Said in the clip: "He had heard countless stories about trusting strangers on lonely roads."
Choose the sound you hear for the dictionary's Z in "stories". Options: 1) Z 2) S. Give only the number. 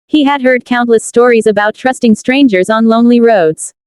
1